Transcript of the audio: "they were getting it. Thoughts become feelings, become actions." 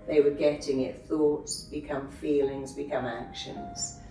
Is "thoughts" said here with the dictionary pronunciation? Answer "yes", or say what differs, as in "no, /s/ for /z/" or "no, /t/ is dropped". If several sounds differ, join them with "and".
yes